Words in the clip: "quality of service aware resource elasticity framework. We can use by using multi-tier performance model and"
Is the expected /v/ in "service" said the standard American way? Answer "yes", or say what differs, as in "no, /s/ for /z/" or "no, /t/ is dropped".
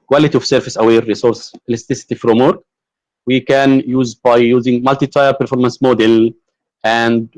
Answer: no, /f/ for /v/